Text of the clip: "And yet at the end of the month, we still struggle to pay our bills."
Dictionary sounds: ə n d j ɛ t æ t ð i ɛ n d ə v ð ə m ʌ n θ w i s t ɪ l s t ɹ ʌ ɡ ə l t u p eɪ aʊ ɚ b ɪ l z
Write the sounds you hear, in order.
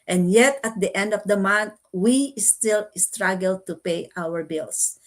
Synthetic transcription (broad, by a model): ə n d j ɛ t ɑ t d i ɛ n d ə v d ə m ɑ n t w i s t ɪ l s t ɹ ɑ ɡ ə l t u p eɪ aʊ ɚ b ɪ l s